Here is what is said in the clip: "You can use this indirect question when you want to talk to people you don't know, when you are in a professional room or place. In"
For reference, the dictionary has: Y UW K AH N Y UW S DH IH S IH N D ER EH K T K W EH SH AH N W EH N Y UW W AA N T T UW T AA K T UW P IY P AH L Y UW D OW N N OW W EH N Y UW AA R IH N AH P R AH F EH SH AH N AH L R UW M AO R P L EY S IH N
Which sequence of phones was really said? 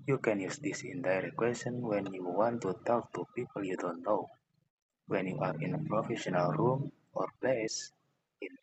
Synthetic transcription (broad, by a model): Y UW K AH N Y UW S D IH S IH N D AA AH T K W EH S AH N W EH N Y UW W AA N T T UW T AA K T UW P IY P AH L Y UW D OW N N OW W EH N Y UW AA R IH N AH P R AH F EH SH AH N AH L R UW M AO R P L EY S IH N